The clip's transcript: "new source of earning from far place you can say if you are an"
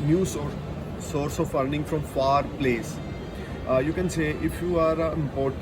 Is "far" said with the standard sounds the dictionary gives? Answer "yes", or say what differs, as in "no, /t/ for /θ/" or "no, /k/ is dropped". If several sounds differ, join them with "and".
yes